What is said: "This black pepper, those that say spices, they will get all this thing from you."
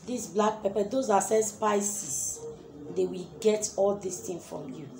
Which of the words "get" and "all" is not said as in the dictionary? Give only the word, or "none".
none